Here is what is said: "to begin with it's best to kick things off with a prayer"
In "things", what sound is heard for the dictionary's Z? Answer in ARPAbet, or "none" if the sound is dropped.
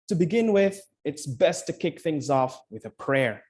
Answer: Z